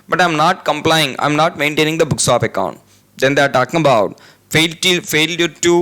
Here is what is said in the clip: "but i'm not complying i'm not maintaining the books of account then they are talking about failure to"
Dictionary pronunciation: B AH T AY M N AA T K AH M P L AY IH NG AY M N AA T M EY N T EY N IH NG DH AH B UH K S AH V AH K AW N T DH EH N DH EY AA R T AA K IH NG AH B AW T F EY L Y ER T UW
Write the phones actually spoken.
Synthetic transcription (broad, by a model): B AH T AY M N AA T K AH M P L AY IH NG AY M N AA T M EY N T EY N IH NG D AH B UH K S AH P AH K AW N T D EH N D EY AA R T AA K IH NG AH B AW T F EY L Y ER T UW